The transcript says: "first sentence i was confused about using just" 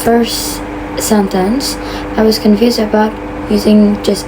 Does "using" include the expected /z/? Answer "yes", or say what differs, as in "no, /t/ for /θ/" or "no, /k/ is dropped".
yes